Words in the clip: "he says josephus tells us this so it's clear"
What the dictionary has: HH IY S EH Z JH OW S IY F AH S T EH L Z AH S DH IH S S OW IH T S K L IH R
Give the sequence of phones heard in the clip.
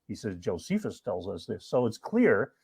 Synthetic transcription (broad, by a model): HH IY S EH Z JH OW S IY F AH S T EH L Z AH S DH IH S S OW IH T S K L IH R